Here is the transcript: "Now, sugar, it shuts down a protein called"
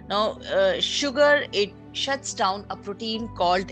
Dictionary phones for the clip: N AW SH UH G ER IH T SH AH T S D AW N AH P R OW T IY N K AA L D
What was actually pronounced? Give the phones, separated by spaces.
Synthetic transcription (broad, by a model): N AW SH UH G ER IH T SH AH T S D AW N AH P R OW T IY N K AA L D